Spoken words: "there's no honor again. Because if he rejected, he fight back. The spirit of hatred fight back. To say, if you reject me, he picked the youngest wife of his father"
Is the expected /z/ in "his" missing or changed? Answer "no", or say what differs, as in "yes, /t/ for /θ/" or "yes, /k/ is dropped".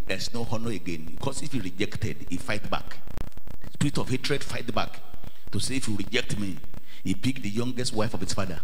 yes, /s/ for /z/